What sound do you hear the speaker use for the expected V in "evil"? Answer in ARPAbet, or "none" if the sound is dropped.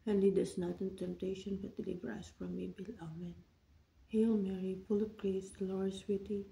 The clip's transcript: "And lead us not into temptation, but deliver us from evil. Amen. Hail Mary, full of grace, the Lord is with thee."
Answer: B